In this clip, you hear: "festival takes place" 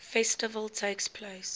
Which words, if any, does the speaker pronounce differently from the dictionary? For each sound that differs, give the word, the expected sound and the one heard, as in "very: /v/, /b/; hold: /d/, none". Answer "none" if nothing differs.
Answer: none